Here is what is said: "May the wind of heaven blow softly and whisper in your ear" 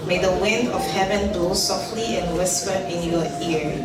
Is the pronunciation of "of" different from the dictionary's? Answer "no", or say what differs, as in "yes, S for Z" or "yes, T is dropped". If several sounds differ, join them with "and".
yes, F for V